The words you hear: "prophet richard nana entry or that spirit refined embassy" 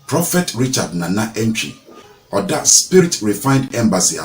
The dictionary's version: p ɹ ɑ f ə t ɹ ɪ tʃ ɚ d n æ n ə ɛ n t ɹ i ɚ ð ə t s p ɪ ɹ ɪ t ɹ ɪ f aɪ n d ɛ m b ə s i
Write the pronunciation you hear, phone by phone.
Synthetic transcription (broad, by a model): p ɹ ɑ f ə t ɹ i tʃ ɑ d n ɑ n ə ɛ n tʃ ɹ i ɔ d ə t s p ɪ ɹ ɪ t ɹ ɪ f aɪ n d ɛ m b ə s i